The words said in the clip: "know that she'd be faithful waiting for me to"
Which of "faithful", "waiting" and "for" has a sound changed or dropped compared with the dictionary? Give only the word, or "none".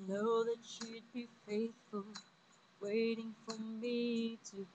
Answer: none